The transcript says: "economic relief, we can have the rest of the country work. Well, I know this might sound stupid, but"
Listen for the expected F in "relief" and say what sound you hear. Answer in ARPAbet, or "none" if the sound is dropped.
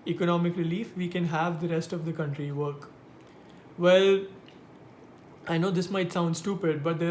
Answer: F